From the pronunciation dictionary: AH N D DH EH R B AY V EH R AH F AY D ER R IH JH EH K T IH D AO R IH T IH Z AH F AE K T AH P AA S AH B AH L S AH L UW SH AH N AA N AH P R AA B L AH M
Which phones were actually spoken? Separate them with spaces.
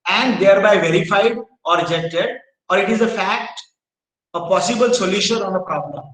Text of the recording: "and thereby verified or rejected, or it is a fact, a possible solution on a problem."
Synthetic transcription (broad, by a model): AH N D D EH R B AY V EH R AH F AY D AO R IH JH EH K T IH D AO R IH T IH Z AH F AE K T AH P AA S AH B AH L S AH L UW SH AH N AA N AH P R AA B L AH M